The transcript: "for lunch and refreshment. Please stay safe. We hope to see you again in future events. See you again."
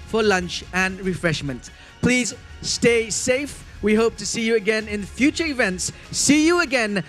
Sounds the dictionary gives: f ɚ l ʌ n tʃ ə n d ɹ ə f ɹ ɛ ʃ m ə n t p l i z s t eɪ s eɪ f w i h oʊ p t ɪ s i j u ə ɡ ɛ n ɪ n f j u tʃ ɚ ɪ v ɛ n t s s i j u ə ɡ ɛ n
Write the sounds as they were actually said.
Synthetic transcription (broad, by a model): f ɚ l ʌ n tʃ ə n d ɹ ə f ɹ ɛ ʃ m ə n t p l i z s t eɪ s eɪ f w i h oʊ p t ɪ s i j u ə ɡ ɛ n ɪ n f j u tʃ ɚ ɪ v ɛ n t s s i j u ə ɡ ɛ n